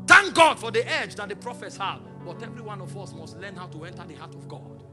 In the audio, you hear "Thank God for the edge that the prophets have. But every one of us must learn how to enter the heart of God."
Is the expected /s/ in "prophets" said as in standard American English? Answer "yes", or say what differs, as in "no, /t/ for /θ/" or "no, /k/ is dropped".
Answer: yes